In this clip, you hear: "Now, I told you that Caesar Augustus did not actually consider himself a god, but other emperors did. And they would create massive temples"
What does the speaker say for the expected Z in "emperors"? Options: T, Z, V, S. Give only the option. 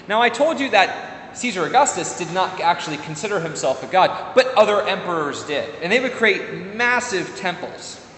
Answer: Z